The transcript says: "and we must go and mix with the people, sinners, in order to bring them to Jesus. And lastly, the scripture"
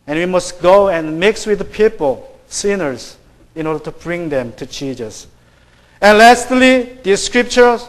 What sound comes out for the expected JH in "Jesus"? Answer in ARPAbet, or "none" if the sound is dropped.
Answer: CH